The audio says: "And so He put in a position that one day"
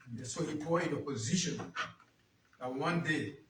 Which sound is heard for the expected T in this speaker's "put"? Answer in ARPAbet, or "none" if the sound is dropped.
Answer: none